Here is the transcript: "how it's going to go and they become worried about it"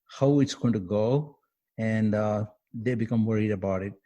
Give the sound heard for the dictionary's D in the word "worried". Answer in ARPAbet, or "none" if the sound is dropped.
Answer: D